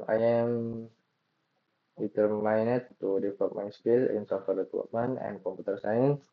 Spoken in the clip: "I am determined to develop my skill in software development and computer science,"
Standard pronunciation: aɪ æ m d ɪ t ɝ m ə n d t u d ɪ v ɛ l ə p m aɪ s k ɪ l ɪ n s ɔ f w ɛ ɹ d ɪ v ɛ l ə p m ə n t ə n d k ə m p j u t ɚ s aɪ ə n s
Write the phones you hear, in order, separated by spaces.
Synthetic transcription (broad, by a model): aɪ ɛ m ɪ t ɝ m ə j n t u d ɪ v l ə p m aɪ s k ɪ l ɪ n s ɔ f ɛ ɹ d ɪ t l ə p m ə n ə n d k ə m p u t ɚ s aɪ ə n